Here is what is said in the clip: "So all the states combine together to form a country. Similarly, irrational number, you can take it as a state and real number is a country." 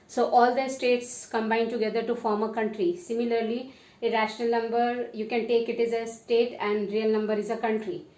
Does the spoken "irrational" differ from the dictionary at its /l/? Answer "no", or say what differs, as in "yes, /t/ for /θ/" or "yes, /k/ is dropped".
no